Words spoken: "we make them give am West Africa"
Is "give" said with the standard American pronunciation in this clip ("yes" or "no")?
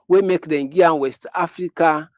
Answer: no